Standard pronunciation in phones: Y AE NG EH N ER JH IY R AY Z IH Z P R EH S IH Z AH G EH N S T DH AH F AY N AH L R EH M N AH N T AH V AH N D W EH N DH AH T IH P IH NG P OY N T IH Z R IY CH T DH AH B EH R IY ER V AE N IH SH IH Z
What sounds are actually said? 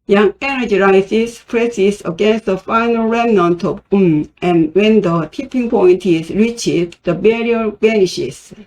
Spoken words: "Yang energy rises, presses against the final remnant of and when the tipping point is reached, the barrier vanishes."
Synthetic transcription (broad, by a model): Y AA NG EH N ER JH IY R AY S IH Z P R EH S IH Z AH G EH N S T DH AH F AY N AH L R EH M N AH N T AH P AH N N W EH N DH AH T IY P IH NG P OY N T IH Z R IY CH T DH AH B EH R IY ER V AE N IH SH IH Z